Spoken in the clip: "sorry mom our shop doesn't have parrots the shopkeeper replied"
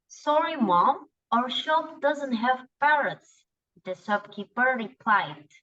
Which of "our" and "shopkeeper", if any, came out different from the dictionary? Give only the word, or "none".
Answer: shopkeeper